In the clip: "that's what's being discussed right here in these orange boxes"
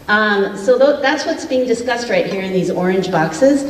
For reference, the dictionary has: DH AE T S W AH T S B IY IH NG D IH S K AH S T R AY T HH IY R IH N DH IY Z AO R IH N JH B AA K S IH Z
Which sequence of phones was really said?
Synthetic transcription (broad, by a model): DH AE T S W AH T S B IY IH NG D IH S K AH S T R AY T HH IY R IH N DH IY Z AO R IH N JH B AA K S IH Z